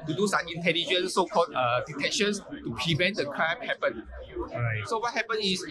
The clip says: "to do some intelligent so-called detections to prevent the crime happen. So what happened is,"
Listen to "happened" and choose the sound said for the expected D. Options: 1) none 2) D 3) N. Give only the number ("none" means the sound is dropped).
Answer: 1